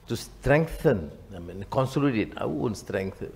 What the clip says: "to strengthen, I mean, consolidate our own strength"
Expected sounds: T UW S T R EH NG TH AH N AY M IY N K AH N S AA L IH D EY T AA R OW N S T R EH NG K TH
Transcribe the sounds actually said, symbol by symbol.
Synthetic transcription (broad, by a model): T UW S T R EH NG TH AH N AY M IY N K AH N S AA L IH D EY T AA W OW N S T R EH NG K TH